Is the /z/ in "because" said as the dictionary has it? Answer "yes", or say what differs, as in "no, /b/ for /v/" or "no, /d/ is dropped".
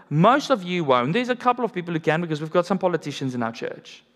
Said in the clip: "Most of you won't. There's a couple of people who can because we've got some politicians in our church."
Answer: yes